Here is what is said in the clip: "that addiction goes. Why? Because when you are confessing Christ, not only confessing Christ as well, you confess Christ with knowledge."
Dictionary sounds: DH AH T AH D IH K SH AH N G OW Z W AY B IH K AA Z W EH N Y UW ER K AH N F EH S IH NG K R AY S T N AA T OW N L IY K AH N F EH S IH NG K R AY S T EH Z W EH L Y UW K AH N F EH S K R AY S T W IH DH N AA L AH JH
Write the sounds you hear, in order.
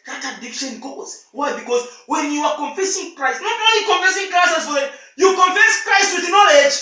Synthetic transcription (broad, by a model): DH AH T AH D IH K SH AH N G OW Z W AY B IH K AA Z W EH N Y UW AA K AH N F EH S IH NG K R AY S T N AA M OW L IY K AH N F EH S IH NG K R AY S T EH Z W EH N Y UW K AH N F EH S K R AY S T W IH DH N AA L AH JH